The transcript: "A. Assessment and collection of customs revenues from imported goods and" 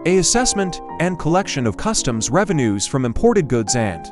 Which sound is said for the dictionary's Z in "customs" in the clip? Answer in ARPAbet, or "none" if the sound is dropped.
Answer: Z